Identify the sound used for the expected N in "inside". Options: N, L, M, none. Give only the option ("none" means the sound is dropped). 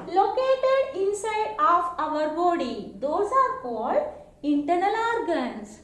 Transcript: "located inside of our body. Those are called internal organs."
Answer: N